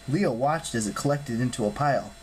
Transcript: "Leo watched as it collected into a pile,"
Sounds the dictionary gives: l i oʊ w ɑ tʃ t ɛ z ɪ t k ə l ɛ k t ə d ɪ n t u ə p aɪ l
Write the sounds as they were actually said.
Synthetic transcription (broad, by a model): l i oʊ w ɑ tʃ t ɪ z ɪ t k ə l ɛ k t ə d ɪ n t u ə p aɪ l